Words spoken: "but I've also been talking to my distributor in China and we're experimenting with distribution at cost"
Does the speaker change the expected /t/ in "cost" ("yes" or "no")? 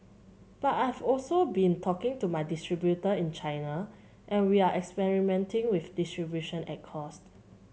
no